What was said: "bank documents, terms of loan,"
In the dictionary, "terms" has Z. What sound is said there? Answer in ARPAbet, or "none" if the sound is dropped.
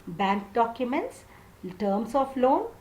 S